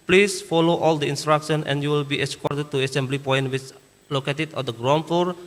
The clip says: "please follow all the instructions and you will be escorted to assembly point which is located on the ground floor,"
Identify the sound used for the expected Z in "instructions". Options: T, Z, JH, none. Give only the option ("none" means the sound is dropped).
none